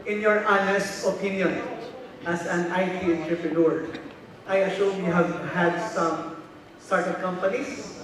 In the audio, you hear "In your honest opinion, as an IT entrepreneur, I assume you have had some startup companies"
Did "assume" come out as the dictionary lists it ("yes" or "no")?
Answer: no